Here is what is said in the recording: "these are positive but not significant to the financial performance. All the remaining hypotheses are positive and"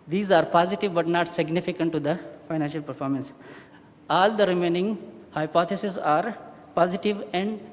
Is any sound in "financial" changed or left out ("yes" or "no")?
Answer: no